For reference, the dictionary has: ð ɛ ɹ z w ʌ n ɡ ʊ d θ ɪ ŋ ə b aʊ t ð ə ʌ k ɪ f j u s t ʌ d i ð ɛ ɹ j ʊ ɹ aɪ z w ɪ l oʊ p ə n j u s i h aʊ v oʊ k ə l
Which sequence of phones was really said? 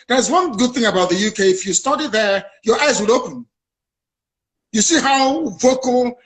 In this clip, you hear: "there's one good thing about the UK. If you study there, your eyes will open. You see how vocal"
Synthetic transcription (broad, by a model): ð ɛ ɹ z w ʌ n ɡ ʊ d θ ɪ ŋ ə b aʊ t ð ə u k ɪ f j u s t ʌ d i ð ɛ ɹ j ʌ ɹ aɪ z w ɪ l oʊ p ə n j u s i h aʊ v oʊ k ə l